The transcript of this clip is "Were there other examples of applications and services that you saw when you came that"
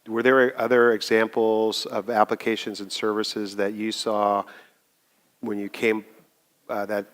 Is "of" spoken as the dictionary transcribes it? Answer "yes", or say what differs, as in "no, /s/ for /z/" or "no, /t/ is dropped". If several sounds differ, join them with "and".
yes